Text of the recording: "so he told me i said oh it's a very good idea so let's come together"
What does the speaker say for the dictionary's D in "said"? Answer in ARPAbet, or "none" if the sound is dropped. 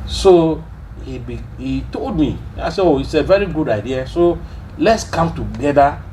none